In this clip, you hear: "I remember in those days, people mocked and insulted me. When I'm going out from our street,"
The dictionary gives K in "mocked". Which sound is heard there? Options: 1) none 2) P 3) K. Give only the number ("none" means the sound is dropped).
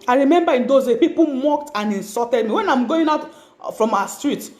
3